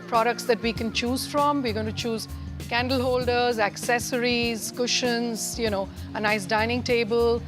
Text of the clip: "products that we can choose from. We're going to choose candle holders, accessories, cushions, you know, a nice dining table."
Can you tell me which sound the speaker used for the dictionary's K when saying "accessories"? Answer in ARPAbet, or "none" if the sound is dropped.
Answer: K